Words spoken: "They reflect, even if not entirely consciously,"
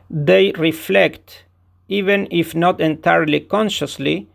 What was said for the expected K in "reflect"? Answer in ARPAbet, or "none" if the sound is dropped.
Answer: K